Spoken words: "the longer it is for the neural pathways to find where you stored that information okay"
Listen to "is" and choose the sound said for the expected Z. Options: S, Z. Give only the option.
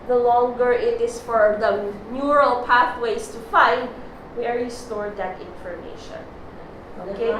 S